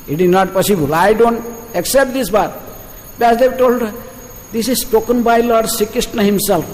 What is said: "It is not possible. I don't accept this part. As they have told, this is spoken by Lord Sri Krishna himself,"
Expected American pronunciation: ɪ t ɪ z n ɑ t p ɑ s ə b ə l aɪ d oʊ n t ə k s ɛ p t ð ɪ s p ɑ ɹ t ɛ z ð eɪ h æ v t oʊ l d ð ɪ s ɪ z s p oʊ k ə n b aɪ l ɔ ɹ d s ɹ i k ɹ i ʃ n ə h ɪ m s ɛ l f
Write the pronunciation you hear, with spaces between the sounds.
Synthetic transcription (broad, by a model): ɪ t ɪ z n ɑ t p ɑ s ə b ə l aɪ d oʊ n t ə k s ɛ p t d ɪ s b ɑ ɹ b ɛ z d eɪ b t oʊ l d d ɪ s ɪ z s p oʊ k ə n b aɪ l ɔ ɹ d s i k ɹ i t n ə h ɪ m s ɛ l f